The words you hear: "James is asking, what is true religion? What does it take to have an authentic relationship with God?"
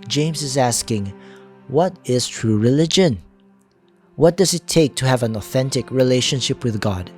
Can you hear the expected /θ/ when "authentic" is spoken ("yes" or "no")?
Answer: yes